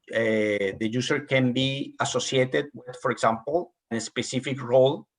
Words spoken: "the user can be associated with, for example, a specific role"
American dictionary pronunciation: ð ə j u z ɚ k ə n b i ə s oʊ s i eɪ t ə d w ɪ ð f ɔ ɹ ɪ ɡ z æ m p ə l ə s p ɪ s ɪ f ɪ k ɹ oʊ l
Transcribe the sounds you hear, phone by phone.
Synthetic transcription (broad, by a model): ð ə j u s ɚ k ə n b i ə s oʊ s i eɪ t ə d w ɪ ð f ɔ ɹ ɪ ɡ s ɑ m p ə n ə s p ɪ s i f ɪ k ɹ oʊ l